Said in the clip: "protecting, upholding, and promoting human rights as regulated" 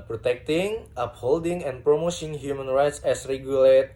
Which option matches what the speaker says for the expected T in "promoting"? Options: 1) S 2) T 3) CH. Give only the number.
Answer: 1